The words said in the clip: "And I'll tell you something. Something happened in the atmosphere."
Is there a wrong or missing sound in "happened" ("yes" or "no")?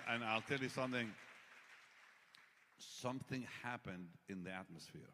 no